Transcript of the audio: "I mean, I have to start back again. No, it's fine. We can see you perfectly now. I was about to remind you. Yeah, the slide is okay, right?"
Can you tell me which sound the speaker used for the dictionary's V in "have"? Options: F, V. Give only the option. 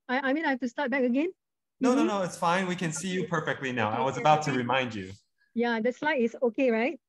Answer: F